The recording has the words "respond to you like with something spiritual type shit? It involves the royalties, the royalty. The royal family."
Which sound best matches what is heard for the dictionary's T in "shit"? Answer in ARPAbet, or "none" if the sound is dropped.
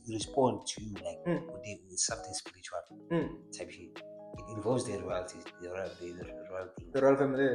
none